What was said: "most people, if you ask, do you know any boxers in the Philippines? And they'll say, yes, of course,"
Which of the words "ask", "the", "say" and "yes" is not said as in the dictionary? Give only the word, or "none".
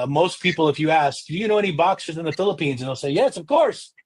none